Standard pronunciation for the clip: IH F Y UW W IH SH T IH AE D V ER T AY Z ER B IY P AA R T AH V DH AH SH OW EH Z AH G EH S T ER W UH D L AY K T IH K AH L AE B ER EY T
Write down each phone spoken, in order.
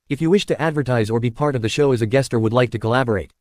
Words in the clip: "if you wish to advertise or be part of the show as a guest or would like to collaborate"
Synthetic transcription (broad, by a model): IH F Y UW W IH SH T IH AE D V ER T AY Z ER B IY P AA R T AH V DH AH SH OW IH Z AH G EH S T ER W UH D L AY K T IH K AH L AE B ER EY T